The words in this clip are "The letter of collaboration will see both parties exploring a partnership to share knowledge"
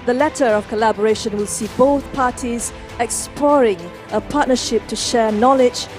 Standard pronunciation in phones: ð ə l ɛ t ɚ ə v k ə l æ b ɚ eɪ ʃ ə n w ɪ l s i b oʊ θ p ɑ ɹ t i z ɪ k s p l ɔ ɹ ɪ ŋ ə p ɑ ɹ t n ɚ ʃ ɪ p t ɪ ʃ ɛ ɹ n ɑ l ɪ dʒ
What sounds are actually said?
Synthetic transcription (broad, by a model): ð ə l ɛ t ɚ ə v k ə l æ b ɚ eɪ ʃ ə n w ɪ l s i b oʊ θ p ɑ ɹ t i z ɪ k s p l ɔ ɹ ɪ ŋ ə p ɑ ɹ t n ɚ ʃ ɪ p t ɪ ʃ ɛ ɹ n ɑ l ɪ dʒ